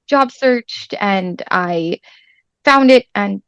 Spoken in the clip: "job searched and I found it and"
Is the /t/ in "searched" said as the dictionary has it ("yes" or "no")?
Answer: yes